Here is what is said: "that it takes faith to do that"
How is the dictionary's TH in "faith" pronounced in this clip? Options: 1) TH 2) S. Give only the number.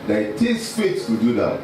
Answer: 2